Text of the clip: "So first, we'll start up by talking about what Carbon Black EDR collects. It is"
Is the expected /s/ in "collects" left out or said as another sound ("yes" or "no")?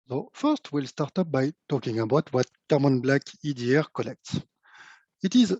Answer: no